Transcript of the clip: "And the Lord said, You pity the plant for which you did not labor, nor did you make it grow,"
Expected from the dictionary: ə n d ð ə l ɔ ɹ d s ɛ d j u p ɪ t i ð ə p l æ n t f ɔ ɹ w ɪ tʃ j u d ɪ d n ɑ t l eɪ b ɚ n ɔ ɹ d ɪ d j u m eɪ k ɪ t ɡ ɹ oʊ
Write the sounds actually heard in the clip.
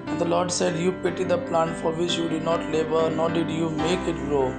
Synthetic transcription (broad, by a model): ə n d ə l ɔ ɹ d s ɛ d j u p ɪ t i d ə p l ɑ n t f ɔ ɹ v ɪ tʃ j u d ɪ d n ɑ t l eɪ b ɚ n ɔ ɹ d ɪ d j u m eɪ k ɪ t ɡ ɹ oʊ